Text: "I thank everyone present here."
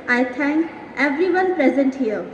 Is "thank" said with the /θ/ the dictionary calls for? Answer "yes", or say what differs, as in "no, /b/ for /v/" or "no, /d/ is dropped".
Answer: no, /t/ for /θ/